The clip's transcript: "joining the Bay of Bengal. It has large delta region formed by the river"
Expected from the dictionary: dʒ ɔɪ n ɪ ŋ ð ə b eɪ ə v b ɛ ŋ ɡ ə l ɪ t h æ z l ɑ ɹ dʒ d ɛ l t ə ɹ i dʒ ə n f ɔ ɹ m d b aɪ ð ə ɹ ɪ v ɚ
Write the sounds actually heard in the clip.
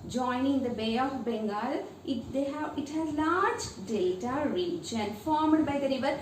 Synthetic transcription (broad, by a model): dʒ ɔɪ n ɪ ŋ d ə b eɪ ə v b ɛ ŋ ɡ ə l ɪ t h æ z l ɑ ɹ dʒ d ɛ t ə ɹ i tʃ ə n f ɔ ɹ m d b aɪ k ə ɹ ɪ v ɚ